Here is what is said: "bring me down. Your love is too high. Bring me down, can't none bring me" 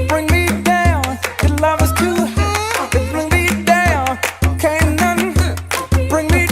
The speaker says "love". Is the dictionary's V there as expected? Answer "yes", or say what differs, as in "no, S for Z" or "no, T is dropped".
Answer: yes